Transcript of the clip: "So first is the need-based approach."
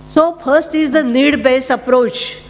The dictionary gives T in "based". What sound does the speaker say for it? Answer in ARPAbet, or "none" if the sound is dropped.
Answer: none